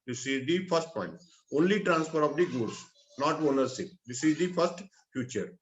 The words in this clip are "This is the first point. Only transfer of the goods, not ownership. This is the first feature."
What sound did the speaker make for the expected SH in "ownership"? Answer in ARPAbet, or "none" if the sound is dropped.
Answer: S